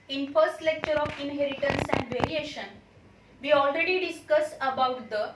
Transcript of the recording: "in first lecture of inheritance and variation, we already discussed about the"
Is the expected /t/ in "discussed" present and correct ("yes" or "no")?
no